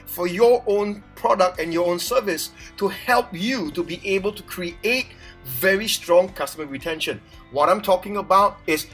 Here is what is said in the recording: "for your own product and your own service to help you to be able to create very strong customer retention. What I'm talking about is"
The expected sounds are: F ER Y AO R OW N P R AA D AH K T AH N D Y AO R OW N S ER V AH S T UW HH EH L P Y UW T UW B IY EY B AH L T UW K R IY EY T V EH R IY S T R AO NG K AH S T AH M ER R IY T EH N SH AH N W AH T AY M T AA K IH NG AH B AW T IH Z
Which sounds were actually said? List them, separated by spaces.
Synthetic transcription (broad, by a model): F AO Y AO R OW N P R AA D AH K T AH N Y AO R OW N S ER V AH S T UW HH EH L P Y UW T UW B IY EY B AH L T UW K R IY EY T V EH R IY S T R AO NG K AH S T AH M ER R IY T EH N SH AH N W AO T AY M T AA K IH NG AH B AW T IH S